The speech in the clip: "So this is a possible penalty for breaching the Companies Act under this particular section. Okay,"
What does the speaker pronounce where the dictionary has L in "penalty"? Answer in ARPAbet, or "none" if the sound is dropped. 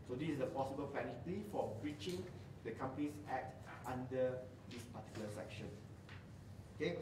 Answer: none